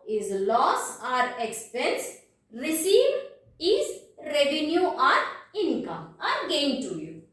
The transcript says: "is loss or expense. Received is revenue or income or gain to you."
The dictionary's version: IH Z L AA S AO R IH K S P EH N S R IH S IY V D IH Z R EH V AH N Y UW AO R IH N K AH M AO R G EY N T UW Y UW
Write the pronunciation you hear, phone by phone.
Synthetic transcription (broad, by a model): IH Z L AA S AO R IH K S P EH N S R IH S IY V IH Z R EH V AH N Y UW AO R IH N K AH M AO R G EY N T UW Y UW